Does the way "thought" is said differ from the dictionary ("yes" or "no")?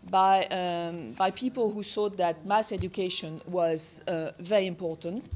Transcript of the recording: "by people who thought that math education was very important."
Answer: yes